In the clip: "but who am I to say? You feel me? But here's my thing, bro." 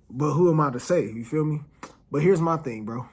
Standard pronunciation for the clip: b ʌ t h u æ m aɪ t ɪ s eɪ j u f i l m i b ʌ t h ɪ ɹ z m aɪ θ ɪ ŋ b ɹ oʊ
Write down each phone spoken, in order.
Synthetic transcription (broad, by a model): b ʌ t h u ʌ m aɪ t ɪ s eɪ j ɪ f i l m i b ʌ t h ɪ ɹ z m aɪ θ ɪ ŋ b ɹ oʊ